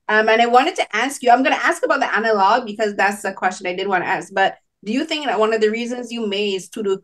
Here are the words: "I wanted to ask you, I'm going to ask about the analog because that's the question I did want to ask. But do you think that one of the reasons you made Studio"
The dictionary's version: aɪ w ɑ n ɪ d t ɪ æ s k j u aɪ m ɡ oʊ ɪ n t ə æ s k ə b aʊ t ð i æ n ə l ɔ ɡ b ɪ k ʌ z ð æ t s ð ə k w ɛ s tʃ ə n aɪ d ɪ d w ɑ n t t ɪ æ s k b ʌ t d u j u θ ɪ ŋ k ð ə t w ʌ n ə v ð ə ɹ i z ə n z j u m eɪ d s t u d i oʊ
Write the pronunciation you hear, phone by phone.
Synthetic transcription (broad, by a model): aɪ w ɑ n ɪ d t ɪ æ s k j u aɪ m ɡ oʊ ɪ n t æ s k ə b aʊ t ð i æ n ə l ɔ ɡ b ɪ k ʌ z ð æ t s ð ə k w ɛ s tʃ ə n aɪ d ɪ d w ɑ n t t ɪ æ s k b ʌ t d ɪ j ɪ θ ɪ ŋ k ð ə t w ʌ n ə v ð ə ɹ i z ə n z j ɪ m eɪ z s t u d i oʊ